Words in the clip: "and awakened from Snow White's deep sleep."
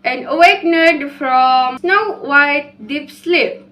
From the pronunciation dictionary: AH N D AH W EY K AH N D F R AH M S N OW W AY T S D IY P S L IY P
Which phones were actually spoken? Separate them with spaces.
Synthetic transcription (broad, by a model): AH N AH W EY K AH D F R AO M S N OW W AY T D IY P S L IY P